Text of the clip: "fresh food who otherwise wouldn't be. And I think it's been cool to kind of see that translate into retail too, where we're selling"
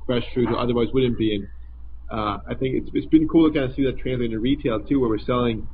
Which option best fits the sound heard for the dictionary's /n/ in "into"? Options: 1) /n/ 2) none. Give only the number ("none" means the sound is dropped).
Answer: 2